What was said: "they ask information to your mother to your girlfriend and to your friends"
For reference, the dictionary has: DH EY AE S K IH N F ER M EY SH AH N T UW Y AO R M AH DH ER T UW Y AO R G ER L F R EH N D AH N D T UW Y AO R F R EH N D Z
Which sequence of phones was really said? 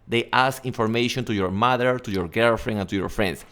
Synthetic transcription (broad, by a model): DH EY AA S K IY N F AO M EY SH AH N T UW Y AO R M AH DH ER T UW Y AO R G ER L F R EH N AH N T UW Y AO R F R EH N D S